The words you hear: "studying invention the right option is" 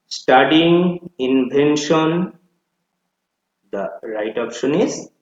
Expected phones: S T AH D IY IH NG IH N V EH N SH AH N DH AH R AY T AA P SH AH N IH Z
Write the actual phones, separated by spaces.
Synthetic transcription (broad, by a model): S T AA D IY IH NG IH N B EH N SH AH N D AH R AY T AA P SH AH N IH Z